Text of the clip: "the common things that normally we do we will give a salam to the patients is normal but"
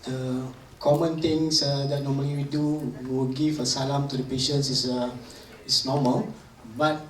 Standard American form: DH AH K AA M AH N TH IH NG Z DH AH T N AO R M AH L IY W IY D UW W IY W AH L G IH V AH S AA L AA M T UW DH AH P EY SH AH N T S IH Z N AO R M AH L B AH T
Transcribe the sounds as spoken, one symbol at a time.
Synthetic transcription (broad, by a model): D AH K AA M AH N T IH NG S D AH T N AO M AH L IY W IY D UW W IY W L G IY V AH S AA L AA M T UW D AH P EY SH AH N S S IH S N AO M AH L B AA T